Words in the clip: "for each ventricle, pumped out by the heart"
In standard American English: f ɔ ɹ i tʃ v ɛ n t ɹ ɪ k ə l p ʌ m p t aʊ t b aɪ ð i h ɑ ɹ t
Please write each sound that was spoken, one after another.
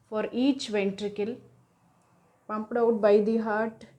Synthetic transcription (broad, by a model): f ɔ ɹ i tʃ v ɛ n t ɹ ɪ k ə l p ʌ m p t aʊ t b aɪ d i h ɑ ɹ t